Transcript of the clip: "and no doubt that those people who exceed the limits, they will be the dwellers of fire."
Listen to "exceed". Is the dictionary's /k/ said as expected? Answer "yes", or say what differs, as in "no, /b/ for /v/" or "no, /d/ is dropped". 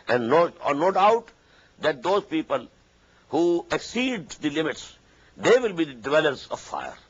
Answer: yes